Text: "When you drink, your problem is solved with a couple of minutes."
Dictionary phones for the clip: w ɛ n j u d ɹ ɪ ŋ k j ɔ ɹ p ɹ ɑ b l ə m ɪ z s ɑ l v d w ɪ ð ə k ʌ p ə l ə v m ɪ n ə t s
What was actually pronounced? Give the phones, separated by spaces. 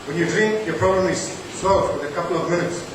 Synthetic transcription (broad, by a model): w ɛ n j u d ɹ ɪ ŋ k j ɔ ɹ p ɹ ɑ b l ə m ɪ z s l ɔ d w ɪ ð ə k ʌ p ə l ə v m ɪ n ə t s